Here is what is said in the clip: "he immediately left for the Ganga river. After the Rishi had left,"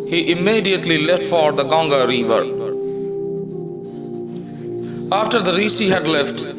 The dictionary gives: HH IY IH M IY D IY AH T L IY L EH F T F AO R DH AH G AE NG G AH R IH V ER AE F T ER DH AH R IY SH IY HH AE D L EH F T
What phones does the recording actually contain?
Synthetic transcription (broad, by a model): HH IY IH M IY D IY AH T L IY L EH F T F AO R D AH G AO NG G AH R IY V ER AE F T ER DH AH R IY S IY HH AE D L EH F T